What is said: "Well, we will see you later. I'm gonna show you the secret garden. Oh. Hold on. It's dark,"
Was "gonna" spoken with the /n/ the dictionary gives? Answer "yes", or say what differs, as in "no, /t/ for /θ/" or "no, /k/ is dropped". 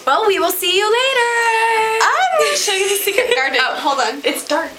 no, /n/ is dropped